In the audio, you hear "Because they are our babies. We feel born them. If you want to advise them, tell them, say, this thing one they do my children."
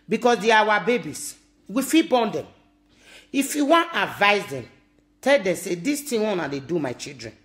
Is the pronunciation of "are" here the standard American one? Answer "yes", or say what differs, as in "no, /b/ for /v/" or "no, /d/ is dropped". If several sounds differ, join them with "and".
no, /w/ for /ɹ/